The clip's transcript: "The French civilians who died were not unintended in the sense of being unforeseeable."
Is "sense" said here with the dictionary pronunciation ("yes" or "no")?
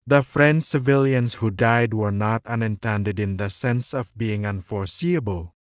yes